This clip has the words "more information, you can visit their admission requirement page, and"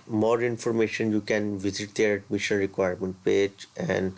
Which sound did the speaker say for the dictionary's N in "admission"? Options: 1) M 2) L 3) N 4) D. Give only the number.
2